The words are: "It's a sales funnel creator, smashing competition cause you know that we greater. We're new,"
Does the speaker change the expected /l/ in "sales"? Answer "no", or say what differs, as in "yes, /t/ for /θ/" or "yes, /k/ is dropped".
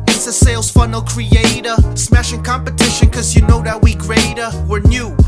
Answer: no